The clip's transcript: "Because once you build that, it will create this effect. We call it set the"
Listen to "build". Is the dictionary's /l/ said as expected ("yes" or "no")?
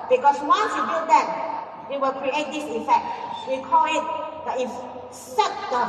no